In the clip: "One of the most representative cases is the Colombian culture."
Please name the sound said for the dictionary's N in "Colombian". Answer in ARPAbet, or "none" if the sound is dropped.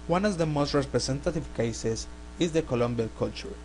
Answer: L